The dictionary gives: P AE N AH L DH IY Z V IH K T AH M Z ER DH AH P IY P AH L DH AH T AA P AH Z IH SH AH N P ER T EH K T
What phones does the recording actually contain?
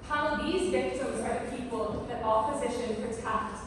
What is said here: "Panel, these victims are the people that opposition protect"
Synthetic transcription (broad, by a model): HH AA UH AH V DH IY Z V IH K T AH M Z ER DH AH P IY P AH L DH AH T AA P AH Z IH SH AH N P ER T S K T